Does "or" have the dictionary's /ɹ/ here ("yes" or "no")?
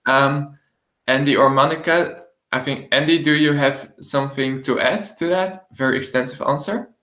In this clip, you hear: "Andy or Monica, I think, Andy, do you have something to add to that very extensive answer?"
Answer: yes